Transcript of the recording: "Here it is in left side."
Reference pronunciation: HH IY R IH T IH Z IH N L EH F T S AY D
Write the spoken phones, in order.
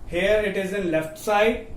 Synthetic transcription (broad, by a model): HH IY R IH T IH Z IH N L EH F T S AY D